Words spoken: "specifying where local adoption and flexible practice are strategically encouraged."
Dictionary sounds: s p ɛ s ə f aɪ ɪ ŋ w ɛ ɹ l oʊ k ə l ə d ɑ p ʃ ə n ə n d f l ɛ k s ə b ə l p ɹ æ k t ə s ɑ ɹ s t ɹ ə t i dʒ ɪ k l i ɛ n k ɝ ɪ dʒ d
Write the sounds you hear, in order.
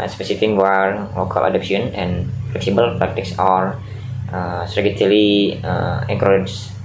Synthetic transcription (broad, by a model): s p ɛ s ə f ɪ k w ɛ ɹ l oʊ k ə l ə d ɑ p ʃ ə n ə n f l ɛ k s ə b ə l p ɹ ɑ k t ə s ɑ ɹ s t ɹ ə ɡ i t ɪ l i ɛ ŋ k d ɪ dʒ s